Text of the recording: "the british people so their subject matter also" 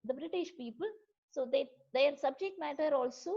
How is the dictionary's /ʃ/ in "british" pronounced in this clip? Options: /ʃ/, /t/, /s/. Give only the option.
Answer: /ʃ/